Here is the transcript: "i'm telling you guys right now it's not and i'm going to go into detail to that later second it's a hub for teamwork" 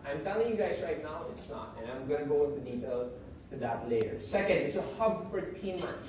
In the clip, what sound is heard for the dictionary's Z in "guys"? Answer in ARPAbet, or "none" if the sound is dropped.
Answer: Z